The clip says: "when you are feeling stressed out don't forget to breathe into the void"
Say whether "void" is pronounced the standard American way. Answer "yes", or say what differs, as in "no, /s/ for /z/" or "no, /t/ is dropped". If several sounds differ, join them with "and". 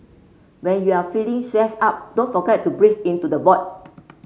no, /b/ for /v/